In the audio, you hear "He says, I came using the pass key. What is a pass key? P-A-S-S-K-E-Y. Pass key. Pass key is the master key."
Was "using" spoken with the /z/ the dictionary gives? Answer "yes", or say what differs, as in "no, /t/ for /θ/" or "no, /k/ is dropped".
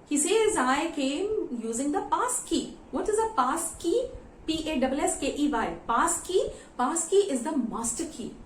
yes